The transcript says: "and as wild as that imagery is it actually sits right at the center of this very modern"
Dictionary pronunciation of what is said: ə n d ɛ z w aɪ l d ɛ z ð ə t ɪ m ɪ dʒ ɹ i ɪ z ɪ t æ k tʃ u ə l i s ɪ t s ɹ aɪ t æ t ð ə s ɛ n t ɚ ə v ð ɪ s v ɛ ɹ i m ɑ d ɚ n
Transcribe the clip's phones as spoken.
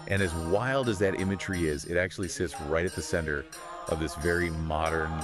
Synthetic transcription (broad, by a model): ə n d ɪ z w aɪ l d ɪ z ð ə t ɪ m ɪ dʒ ɹ i ɪ z ɪ t æ k tʃ u ə l i s ɪ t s ɹ aɪ t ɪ t ð ə s ɛ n t ɚ ə v ð ɪ s v ɛ ɹ i m ɑ d ɚ n